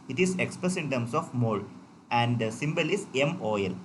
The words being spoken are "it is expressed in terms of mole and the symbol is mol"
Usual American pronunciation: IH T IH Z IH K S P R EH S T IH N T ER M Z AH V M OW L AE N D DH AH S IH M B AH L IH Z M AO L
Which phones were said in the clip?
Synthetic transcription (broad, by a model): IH T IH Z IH K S P R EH S IH N T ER M S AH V M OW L AE N D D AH S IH M B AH L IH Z M AO L